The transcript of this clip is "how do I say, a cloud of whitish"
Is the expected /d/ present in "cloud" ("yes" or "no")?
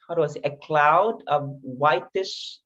yes